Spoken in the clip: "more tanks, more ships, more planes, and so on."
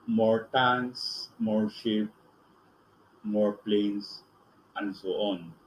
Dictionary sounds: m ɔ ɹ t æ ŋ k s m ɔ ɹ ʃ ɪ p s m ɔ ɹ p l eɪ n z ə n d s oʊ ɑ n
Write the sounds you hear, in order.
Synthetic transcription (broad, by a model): m ɔ ɹ t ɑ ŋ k s m ɔ ɹ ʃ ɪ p m ɔ ɹ p l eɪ n s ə n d s oʊ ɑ n